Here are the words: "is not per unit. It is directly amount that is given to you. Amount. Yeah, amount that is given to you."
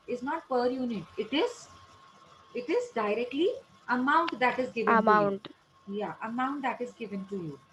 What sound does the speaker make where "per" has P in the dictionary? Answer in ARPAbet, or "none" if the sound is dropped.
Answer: P